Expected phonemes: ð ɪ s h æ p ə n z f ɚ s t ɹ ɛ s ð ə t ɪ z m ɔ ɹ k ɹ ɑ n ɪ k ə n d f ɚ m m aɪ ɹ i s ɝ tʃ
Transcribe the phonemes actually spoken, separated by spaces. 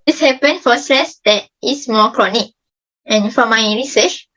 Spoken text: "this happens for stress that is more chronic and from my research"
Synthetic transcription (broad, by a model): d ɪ s h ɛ p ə n f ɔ s t ɹ ɛ s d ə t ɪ s m ɔ k ɹ ɑ n ɪ k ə n f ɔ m m aɪ ɹ i s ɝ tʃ